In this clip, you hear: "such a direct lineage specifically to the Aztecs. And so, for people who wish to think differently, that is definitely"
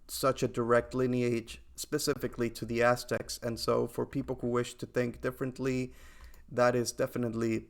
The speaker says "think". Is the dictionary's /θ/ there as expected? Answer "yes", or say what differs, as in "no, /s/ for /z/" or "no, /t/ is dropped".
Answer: yes